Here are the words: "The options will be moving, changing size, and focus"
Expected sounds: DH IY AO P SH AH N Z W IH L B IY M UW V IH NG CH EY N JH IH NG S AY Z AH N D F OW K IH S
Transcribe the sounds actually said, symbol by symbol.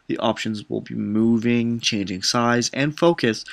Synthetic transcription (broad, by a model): DH IY AO P SH AH N Z W IH L B IY M UW V IH NG CH EY N JH IH NG S AY Z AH N F OW K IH S